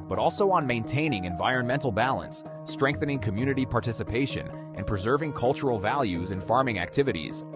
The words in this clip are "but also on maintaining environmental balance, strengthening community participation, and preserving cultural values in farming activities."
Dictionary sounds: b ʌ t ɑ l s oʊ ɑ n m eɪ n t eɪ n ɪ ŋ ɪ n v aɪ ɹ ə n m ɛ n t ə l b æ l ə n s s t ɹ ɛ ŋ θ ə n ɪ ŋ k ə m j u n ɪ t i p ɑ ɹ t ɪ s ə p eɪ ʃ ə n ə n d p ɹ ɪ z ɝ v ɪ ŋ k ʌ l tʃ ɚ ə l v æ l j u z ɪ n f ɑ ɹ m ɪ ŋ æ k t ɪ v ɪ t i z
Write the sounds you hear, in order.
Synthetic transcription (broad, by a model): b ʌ t ɑ l s oʊ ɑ n m eɪ n t eɪ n ɪ ŋ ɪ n v aɪ ɹ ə n m ɛ n t l b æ l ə n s s t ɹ ɛ ŋ θ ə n ɪ ŋ k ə m j u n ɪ t i p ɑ ɹ t ɪ s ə p eɪ ʃ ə n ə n p ɹ ɪ z ɝ v ɪ ŋ k ʌ l tʃ ɚ l v æ l j u z ɪ n f ɑ ɹ m ɪ ŋ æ k t ɪ v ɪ t i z